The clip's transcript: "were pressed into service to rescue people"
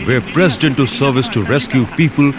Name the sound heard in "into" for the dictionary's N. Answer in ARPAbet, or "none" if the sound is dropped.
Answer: N